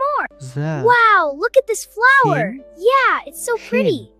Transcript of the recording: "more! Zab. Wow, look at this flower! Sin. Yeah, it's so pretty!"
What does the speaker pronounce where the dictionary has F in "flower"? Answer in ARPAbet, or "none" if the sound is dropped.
F